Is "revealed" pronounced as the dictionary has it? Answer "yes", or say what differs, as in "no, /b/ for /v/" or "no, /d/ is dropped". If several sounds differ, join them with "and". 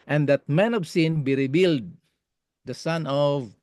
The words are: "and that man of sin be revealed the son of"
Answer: no, /b/ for /v/